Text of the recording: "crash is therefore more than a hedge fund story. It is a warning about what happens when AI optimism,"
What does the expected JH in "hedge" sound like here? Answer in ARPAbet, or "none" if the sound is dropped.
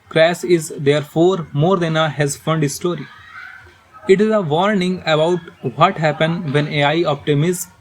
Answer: Z